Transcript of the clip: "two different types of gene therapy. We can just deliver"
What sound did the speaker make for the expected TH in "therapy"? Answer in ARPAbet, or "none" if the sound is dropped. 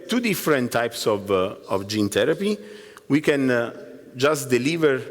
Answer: T